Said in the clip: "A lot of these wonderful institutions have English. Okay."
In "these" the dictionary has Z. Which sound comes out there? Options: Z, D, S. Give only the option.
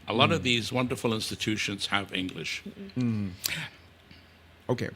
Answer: Z